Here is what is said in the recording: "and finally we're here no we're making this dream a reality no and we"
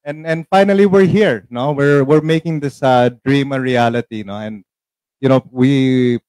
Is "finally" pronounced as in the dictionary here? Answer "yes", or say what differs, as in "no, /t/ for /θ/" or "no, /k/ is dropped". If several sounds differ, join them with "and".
yes